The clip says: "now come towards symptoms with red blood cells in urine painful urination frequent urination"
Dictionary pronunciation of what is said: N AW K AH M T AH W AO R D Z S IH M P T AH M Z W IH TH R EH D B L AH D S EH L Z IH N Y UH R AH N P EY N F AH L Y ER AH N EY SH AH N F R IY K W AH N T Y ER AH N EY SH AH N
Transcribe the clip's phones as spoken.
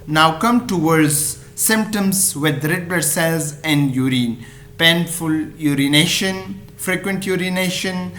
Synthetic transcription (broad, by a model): N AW K AH M T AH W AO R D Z S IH M P T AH M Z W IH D R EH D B AH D S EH L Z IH N Y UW R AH N P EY N F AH L Y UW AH N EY SH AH N F R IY K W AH N T Y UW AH N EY SH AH N